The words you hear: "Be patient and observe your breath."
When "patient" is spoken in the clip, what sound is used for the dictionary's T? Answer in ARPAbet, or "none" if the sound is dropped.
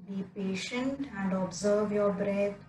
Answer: T